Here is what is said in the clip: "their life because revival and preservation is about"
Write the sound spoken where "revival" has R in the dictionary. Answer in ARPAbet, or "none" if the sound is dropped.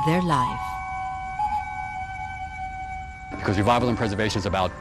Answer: W